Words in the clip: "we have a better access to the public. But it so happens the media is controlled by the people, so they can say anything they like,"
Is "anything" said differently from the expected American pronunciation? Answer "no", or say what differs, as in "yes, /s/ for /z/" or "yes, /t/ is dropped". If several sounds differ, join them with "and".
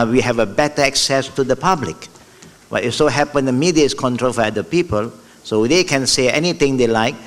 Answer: yes, /t/ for /θ/